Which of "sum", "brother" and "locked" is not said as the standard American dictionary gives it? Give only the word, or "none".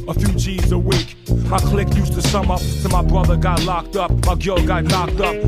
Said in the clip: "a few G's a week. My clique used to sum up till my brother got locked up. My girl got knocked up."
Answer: none